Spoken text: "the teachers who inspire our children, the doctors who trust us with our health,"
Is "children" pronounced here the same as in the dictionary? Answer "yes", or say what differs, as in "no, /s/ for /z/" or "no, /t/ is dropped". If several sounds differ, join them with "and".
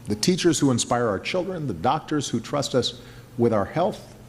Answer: yes